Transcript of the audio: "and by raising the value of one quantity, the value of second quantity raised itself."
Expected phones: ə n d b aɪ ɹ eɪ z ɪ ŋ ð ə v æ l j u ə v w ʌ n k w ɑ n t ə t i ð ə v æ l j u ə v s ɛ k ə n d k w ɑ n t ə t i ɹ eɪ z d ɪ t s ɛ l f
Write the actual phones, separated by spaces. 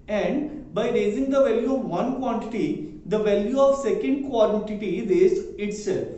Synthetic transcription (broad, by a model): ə n d b aɪ ɹ eɪ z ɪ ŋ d ə v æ l j u ə v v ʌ n k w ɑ n t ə t i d ə v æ l j u ə v s ɛ k ə n d k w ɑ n t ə t i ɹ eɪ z ɪ t s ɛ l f